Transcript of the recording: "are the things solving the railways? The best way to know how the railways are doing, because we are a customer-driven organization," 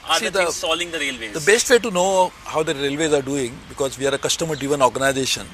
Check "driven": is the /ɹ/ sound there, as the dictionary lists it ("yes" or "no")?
no